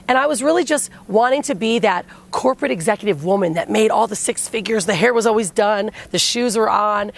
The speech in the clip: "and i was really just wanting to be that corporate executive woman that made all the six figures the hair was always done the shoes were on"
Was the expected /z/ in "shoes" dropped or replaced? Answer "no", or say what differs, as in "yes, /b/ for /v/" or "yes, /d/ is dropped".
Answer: no